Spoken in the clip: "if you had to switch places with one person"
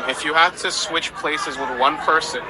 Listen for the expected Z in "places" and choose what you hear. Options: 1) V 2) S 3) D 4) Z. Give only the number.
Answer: 4